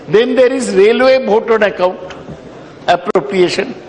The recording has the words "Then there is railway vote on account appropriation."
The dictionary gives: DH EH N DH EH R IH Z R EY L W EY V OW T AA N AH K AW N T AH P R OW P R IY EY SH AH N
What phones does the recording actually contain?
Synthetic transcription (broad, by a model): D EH N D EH R IH Z R EY L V EY B OW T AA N AH K AW N T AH P R OW P R IY EY SH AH N